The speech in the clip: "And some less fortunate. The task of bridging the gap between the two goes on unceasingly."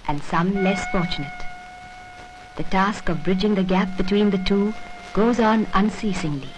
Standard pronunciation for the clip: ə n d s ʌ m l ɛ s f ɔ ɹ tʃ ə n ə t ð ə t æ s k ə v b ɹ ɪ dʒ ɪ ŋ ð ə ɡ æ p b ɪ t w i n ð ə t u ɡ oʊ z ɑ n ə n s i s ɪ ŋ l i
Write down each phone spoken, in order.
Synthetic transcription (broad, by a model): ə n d s ʌ m l ɛ s f ɔ ɹ tʃ ə n ə t ð ə t æ s k ə v b ɹ ɪ dʒ ɪ ŋ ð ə ɡ æ p b ɪ t w i n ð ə t u ɡ oʊ z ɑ n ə n s i s ɪ ŋ l i